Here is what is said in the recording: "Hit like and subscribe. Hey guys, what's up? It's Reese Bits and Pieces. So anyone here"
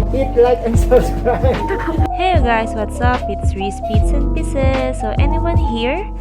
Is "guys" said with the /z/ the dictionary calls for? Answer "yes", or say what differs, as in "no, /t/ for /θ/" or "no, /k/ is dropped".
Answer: no, /s/ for /z/